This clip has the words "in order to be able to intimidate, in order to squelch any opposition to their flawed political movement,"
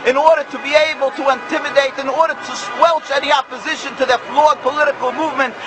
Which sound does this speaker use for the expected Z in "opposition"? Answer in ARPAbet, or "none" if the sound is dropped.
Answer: Z